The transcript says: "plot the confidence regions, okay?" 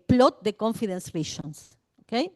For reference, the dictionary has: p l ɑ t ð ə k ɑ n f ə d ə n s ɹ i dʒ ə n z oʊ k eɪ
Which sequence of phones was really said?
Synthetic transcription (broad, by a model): p l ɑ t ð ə k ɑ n f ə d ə n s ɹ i ʃ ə n s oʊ k eɪ